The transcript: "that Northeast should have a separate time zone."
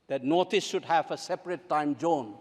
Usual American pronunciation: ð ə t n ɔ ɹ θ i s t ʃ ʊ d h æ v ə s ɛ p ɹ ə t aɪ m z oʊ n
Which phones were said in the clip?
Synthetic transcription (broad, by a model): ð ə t n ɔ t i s ʃ ʊ d h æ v ə s ɛ p ɹ ə t aɪ m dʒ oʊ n